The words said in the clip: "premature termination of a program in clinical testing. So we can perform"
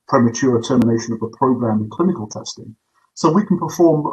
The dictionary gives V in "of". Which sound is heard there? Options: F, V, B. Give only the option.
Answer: V